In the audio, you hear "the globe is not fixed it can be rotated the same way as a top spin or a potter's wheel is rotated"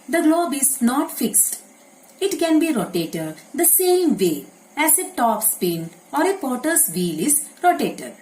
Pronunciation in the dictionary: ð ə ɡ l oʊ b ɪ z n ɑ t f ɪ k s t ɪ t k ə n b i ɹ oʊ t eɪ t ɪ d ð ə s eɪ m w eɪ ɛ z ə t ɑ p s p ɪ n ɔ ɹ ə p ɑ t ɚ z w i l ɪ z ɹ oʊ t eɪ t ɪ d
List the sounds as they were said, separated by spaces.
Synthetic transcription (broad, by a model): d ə ɡ l oʊ b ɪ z n ɑ t f ɪ k s t ɪ t k ə n b i ɹ oʊ t eɪ t ɪ d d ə s eɪ m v eɪ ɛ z ə t ɑ p s p ɪ n ɔ ɹ ə p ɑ t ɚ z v i l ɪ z ɹ oʊ t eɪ t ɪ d